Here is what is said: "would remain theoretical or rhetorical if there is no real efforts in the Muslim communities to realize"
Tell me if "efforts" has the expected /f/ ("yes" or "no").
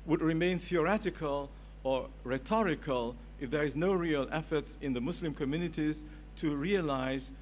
yes